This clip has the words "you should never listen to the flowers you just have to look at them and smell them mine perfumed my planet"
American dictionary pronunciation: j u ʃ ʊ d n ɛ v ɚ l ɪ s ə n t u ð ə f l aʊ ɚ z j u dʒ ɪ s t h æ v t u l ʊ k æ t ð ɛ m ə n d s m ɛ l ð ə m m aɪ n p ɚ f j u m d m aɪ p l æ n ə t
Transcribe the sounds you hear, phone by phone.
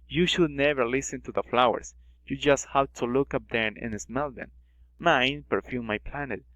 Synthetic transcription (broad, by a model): j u ʃ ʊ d n ɛ v ɚ l ɪ s ə n t u ð ə f l aʊ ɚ s j u dʒ ɪ s t h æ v t u l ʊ k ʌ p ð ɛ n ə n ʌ s m ɛ l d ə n m aɪ n p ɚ f j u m m aɪ p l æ n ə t